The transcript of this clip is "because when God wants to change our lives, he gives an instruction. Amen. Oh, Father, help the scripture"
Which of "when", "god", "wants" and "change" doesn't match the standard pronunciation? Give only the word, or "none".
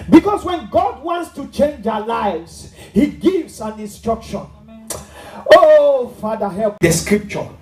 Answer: none